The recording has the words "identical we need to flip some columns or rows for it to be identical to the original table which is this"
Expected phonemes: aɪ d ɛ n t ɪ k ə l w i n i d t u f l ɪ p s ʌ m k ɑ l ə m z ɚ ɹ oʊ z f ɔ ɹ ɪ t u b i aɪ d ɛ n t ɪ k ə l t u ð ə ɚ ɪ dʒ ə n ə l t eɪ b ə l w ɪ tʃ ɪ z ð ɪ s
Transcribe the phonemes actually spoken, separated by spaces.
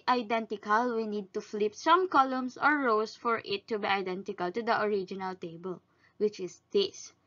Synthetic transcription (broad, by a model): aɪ d ɛ n t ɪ k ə l w i n i d t u f l ɪ p s ʌ m k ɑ l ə m s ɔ ɹ oʊ s f ɔ ɹ ɪ t u b i aɪ d ɛ n t ɪ k ə l t u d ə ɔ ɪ dʒ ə n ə l t eɪ b ə l w ɪ tʃ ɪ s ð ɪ s